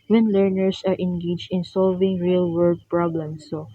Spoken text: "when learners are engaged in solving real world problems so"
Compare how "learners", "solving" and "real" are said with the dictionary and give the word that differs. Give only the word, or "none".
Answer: learners